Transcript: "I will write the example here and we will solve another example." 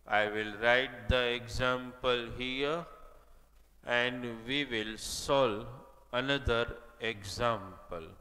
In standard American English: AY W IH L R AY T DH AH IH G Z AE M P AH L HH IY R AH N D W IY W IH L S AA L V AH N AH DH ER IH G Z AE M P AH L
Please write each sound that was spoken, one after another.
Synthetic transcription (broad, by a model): AY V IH L R AY T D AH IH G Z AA M P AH L HH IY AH AH N D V IY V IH L S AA L AH N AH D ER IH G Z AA M P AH L